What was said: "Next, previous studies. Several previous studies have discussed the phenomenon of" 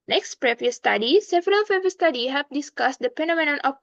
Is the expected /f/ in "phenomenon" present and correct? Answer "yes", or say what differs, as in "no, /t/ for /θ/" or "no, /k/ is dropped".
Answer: no, /p/ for /f/